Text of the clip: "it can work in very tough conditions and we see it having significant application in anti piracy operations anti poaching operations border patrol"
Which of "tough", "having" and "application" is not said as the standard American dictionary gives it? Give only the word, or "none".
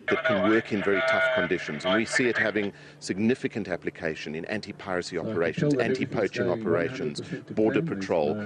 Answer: none